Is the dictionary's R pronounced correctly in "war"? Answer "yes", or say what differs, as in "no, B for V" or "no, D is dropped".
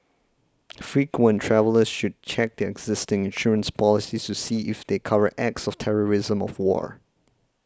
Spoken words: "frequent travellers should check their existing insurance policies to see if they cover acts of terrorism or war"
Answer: yes